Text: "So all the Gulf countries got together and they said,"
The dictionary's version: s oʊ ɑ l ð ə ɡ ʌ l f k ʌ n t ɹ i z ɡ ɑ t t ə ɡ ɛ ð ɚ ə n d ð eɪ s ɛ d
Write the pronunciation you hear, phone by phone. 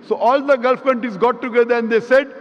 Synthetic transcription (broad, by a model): s oʊ ɑ l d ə ɡ ʌ l f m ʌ n t i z ɡ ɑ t t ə ɡ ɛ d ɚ ə n d eɪ s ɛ d